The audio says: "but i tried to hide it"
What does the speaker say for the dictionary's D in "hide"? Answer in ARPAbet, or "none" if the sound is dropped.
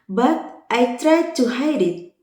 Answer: D